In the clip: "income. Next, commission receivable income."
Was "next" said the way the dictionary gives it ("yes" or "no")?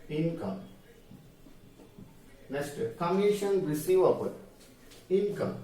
no